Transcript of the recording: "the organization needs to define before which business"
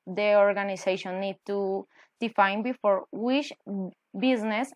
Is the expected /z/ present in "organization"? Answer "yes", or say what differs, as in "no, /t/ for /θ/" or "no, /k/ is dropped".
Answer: no, /s/ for /z/